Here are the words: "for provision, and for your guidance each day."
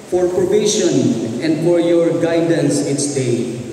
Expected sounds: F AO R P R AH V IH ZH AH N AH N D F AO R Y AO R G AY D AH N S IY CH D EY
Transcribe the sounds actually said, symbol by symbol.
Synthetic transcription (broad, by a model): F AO R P R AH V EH SH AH N AH N D F AO R Y AO R G AY D AH N S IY S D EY